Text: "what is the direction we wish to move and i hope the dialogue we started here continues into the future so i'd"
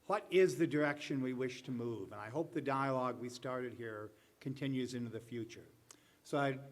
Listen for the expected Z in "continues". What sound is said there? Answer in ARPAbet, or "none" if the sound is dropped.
Z